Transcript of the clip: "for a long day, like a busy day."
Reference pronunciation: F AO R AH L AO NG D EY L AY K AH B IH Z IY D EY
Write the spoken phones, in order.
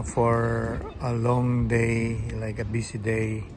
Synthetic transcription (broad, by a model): F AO R AH L AO NG D EY L AY K AH B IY S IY D EY